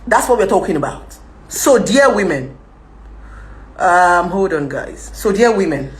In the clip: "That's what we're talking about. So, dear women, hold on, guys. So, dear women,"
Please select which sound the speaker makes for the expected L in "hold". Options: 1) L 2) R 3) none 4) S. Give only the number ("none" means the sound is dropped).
3